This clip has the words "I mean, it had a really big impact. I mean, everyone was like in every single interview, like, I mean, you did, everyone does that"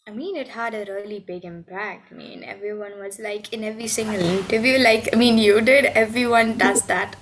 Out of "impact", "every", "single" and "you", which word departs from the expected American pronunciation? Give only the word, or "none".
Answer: impact